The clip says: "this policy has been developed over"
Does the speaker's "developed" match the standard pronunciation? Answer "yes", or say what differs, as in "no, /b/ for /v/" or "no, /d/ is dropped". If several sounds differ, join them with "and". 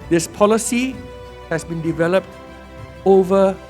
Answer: yes